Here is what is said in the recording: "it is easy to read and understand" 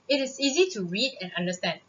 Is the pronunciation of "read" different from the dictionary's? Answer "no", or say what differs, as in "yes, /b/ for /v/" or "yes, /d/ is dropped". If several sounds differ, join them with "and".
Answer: no